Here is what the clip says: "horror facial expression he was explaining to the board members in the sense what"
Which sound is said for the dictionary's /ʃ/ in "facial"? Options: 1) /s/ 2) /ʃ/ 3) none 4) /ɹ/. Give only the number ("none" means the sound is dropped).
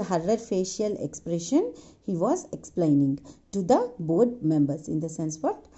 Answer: 2